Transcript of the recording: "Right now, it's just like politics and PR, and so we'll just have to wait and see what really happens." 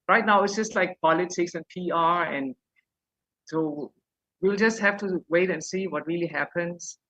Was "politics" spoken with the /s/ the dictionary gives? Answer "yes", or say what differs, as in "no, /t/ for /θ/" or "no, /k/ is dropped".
yes